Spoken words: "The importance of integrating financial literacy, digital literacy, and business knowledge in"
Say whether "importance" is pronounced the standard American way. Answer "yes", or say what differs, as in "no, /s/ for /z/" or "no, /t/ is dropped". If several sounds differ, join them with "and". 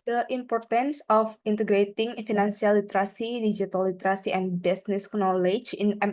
yes